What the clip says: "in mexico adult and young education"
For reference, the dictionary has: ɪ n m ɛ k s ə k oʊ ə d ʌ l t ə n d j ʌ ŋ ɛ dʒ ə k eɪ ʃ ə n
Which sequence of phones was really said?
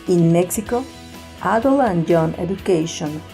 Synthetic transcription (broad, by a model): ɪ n m ɛ k s ə k oʊ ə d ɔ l ə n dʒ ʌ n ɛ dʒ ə k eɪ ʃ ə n